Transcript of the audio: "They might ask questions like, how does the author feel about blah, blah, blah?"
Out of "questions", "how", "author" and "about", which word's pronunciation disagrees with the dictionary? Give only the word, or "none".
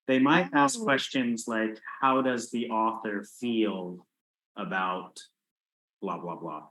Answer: none